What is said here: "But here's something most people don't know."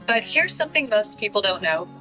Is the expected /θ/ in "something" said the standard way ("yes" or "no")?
yes